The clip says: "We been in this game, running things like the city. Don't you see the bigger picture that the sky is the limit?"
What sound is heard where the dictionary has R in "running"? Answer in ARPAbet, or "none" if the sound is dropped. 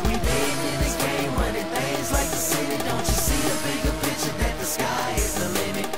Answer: W